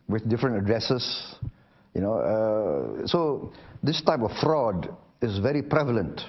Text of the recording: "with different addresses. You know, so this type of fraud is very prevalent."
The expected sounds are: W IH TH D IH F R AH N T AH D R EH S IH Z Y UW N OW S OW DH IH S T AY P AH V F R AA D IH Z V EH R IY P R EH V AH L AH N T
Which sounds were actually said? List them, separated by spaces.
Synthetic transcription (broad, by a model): W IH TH D IH F R AH N T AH D R EH S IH S Y UW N OW S OW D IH S T AY P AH F F R AA D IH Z V EH R IY P R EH V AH L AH N T